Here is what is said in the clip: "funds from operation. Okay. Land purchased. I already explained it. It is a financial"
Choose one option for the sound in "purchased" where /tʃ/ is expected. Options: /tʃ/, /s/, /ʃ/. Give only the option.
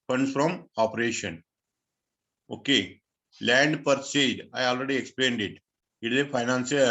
/s/